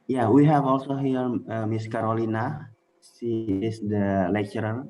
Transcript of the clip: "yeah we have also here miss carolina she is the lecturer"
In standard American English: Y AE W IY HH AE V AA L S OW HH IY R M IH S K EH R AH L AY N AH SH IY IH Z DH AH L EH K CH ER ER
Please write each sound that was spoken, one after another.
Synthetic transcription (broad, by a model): Y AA W IY HH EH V AA L S OW HH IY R M IH S K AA R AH L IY N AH S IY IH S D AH L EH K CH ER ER